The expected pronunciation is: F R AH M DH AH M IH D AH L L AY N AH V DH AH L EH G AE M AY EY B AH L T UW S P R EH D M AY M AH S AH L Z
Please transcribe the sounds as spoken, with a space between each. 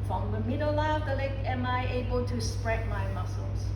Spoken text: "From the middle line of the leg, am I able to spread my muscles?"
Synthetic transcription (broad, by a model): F R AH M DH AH M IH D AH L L AY AH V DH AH L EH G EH M AY EY B AH L T UW S P R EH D M AY M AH S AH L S